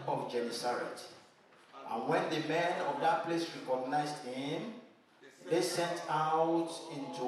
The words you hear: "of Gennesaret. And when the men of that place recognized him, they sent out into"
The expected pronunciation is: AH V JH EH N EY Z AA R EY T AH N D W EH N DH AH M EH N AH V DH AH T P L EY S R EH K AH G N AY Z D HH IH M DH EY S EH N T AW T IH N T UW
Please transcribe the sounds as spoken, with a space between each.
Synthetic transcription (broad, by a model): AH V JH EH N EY S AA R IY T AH N W EH N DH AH M EH N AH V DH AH T P L EY S R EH K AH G N AY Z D HH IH M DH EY S EH N T AW T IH N T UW